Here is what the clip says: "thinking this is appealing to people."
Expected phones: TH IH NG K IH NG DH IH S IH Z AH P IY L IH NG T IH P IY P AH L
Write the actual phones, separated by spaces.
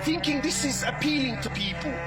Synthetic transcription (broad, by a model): TH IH NG K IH NG DH IH S IH Z AH P IY L IH NG T IH P IY P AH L